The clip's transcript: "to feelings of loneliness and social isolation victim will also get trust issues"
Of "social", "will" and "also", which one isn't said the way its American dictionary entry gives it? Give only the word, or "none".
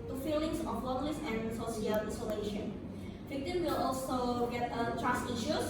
social